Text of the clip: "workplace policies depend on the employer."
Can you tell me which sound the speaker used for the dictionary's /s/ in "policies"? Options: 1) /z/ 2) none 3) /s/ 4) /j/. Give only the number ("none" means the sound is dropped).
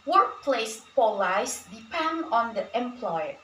2